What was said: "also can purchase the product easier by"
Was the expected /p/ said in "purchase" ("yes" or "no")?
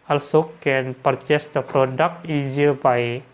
yes